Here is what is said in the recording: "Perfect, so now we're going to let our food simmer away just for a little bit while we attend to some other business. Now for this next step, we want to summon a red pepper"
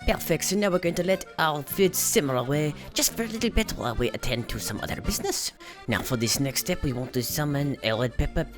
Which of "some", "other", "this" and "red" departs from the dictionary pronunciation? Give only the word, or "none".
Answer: red